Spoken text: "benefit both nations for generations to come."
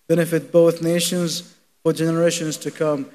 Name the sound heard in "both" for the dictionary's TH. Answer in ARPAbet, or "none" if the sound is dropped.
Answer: TH